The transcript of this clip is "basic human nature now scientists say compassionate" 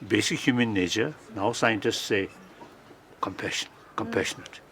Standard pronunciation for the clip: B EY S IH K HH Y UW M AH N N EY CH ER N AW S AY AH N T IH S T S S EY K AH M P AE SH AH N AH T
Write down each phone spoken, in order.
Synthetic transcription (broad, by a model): B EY S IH K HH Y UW M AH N N EY CH ER N AW S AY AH N T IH S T S SH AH K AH M P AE SH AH N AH T